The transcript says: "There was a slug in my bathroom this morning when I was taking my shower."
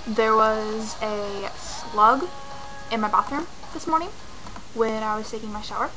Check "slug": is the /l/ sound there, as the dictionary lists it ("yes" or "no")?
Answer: yes